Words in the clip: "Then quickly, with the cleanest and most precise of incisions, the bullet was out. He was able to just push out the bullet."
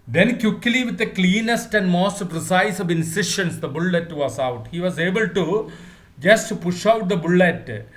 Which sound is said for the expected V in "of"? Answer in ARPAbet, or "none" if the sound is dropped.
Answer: V